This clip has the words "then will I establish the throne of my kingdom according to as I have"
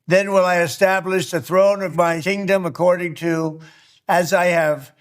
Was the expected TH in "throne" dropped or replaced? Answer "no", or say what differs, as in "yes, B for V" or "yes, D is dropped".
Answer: no